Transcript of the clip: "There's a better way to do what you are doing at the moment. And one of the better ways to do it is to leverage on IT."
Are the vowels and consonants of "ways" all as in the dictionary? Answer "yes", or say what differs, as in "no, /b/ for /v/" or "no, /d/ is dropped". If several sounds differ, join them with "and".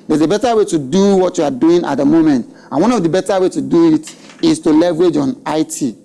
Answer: no, /z/ is dropped